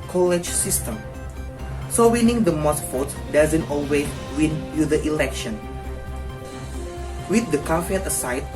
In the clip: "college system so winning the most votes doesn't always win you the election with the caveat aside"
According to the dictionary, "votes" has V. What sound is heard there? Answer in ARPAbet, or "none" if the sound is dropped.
F